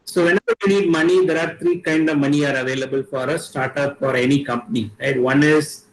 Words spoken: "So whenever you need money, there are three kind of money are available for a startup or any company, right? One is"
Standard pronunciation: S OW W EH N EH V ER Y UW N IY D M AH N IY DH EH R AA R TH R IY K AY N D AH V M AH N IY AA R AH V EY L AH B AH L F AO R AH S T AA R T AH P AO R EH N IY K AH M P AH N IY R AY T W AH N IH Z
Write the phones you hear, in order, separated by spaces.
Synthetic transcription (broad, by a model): S OW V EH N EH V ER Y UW N IY D M AH N IY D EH R AA R T R IY K AY N D AH V M AH N IY AA R AH V EY L AH B AH L F AO R AH S T AA R T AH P AO R EH N IY K AH M P AH N IY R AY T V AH N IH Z